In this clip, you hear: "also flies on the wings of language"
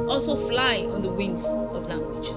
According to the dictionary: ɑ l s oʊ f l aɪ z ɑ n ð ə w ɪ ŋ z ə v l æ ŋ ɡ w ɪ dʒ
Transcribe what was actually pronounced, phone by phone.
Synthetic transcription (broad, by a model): ɑ l s oʊ f l aɪ ɑ n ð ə w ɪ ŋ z ə v l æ ŋ ɡ w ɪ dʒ